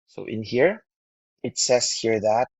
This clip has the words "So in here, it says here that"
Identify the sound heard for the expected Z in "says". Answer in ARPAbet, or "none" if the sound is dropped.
S